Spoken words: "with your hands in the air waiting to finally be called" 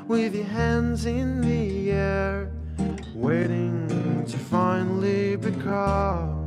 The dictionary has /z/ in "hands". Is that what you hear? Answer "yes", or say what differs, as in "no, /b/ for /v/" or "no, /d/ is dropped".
yes